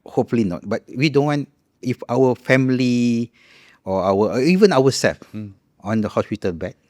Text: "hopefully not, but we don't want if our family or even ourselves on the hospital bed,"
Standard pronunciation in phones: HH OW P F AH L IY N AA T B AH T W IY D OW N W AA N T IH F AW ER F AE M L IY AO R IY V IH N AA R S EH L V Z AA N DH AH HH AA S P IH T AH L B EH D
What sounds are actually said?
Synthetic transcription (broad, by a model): HH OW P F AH L IY N AA T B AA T W IY D OW N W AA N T IH F AW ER F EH M L IY AO W IY V IH N AA W S EH L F AA N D AH HH AA S P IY T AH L B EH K